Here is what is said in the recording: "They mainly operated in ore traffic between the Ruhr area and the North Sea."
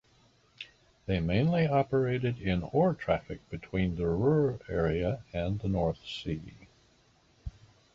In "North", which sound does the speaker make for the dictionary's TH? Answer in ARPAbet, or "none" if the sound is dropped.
TH